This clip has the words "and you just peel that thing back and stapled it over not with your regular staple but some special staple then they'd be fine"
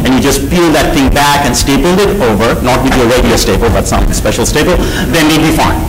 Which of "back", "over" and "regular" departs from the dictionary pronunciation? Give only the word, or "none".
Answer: regular